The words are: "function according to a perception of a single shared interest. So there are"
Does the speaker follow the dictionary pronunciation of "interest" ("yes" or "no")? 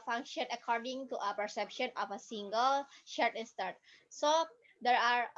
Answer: no